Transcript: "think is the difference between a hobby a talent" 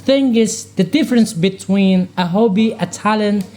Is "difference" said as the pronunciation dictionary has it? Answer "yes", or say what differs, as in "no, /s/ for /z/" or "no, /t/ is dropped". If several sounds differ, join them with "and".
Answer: yes